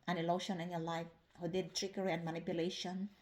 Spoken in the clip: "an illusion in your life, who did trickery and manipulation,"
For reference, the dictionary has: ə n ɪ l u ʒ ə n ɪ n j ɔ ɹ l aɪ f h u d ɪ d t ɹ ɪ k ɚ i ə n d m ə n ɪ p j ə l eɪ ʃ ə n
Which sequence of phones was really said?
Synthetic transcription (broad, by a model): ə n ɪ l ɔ ʃ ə n ɪ n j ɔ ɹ l aɪ f h u d ɪ d t ɹ ɪ k ɚ i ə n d m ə n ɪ p j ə l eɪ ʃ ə n